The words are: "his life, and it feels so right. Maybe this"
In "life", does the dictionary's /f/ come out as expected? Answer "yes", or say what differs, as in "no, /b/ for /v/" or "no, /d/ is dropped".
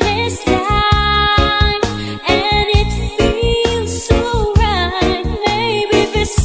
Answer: no, /f/ is dropped